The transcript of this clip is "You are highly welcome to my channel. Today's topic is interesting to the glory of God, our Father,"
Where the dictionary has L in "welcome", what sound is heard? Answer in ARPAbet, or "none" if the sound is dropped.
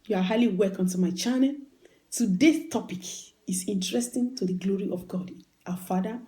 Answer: none